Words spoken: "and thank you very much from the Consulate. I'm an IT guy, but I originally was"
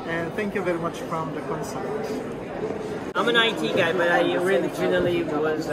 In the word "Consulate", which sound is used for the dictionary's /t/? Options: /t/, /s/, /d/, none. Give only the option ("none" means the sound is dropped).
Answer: none